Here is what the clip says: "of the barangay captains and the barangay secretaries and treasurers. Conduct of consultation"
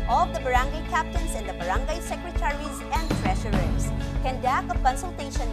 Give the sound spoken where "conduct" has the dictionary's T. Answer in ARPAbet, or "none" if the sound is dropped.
none